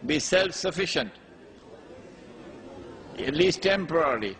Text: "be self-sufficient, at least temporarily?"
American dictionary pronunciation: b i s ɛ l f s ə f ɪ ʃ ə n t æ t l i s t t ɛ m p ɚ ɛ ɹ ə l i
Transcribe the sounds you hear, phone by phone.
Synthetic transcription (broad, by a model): b i s ɛ l f s ə f ɪ ʃ ə n t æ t l i s t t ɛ m p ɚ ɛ ɹ l i